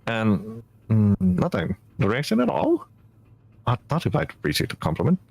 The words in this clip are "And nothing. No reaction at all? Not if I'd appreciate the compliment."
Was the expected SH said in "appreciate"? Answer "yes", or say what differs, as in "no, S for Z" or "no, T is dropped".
no, S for SH